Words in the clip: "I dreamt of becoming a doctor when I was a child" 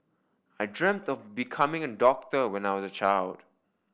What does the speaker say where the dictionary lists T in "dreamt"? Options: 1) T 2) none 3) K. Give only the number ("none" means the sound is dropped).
1